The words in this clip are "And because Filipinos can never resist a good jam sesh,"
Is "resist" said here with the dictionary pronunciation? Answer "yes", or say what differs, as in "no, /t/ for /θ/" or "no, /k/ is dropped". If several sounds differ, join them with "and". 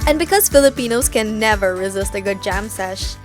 yes